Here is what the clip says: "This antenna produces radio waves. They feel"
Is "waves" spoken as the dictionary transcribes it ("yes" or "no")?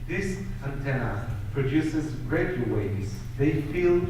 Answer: no